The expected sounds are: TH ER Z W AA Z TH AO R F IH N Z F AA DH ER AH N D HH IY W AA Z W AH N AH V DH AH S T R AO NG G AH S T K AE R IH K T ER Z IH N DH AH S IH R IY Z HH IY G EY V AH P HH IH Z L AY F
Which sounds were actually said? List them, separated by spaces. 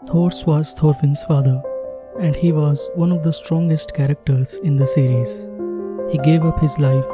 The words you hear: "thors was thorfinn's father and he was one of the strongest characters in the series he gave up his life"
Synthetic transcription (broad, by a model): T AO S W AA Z T AO R F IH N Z F AA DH ER AH N D HH IY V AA Z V AH N AH V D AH S T R AO NG G AH S T K AE R IH K T ER Z IH N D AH S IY R IY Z HH IY G EY V AH P HH IH Z L AY F